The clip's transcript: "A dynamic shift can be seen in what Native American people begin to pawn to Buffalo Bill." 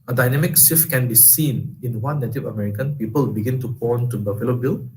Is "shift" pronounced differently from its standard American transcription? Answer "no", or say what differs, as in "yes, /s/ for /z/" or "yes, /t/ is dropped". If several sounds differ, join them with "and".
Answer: yes, /s/ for /ʃ/